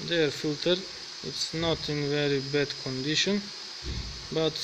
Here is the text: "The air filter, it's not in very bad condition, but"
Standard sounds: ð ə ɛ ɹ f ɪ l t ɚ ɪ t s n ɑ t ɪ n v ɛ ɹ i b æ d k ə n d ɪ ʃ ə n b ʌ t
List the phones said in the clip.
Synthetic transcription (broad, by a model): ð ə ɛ ɹ f ɪ l t ɚ ɪ t s n ɑ t ɪ n v ɛ ɹ i b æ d k ə n d ɪ ʃ ə n b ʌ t